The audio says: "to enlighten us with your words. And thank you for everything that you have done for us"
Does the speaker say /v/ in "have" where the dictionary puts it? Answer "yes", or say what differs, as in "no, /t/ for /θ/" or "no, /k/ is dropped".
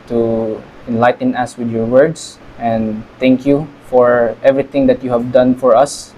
yes